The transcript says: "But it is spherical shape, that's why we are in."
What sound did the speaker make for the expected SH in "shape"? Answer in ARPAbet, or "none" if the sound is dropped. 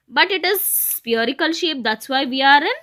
SH